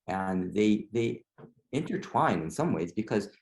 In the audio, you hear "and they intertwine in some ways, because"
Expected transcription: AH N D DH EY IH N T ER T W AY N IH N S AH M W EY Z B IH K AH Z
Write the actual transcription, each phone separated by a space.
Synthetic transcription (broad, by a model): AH N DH DH EY IH N T ER T W AY N IH N S AH M W EY Z B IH K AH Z